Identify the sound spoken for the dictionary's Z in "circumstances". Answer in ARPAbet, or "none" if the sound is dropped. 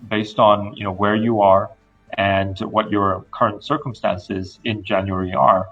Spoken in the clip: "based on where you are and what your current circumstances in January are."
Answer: Z